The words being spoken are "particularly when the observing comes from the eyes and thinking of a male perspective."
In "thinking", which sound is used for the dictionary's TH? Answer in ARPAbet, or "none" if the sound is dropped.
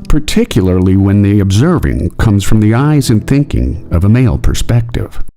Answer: TH